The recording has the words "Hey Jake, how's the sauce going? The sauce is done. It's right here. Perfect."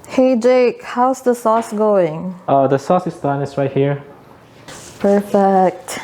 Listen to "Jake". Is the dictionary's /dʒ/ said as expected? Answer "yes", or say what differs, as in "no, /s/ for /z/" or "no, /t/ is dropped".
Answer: yes